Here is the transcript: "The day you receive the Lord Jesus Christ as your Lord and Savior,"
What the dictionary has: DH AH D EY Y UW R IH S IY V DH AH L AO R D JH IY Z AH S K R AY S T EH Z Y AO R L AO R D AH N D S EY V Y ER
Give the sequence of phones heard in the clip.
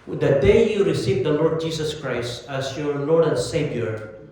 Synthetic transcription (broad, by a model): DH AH D EY Y UW R IH S IY V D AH L AO R D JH IY S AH S K R AY S T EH S Y AO R L AO R D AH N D S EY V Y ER